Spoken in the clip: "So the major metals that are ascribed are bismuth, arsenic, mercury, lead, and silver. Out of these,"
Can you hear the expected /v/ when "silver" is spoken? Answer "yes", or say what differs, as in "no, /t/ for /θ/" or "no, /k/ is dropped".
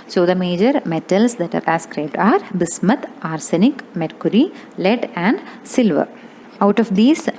yes